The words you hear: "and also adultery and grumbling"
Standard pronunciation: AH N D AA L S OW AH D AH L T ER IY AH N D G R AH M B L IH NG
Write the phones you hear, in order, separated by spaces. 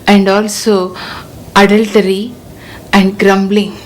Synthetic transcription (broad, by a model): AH N D AA L S OW AH D AH L T ER IY AH N D G R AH M B L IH NG